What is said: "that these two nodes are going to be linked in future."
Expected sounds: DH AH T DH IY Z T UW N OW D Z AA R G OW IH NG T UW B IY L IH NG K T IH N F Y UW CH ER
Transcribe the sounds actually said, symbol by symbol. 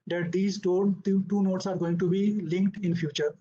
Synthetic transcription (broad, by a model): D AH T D IY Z T UW N OW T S AA R G OW IH NG T UW B IY L IH NG K T IH N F Y UW CH ER